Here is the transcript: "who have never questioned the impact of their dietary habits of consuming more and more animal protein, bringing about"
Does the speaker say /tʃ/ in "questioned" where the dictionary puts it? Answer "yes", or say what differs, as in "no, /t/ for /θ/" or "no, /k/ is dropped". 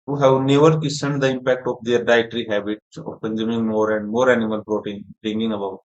no, /tʃ/ is dropped